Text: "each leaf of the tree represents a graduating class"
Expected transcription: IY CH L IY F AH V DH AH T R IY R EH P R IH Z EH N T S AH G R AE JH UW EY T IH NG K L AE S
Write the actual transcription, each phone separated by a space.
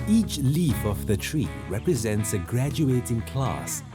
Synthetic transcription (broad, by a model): IY CH L IY F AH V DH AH T R IY R EH P R IH Z EH N T S AH G R AE JH UW EY T IH NG K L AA S